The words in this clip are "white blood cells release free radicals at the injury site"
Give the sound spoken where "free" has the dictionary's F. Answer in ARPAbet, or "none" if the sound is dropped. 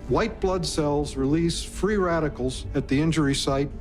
F